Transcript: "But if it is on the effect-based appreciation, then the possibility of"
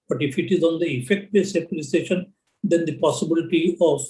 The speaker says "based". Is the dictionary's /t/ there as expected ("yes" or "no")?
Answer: no